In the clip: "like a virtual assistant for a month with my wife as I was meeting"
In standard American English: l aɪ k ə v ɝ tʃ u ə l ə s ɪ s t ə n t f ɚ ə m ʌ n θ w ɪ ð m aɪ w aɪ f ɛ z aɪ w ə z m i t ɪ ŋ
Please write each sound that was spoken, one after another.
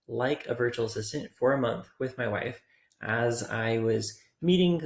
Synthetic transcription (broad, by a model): l aɪ k ə v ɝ tʃ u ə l ə s ɪ s t ə n t f ɚ ə m ʌ n θ w ɪ ð m aɪ w aɪ f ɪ z aɪ w ə z m i t ɪ ŋ